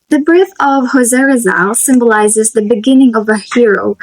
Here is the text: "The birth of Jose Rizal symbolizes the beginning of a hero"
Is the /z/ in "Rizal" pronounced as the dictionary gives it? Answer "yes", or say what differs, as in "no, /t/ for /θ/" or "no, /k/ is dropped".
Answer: yes